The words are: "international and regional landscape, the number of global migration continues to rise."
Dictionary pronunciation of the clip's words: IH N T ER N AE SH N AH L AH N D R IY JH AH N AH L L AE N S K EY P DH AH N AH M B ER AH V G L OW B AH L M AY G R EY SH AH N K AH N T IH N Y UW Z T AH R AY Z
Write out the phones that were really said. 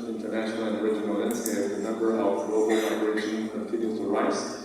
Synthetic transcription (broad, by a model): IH N T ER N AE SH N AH L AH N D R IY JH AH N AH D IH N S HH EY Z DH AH N AH M B ER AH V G L OW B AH L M AY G R EY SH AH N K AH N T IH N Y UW T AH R AY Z